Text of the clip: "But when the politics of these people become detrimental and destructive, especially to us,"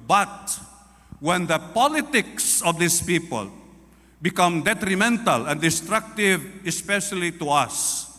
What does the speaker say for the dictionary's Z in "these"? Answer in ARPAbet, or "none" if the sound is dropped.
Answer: S